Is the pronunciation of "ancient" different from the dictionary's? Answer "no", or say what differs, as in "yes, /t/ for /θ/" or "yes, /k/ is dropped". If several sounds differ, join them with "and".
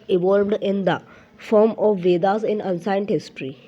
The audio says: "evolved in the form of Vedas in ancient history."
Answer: yes, /s/ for /ʃ/